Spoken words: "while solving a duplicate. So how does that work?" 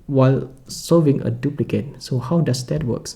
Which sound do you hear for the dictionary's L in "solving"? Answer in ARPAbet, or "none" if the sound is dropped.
none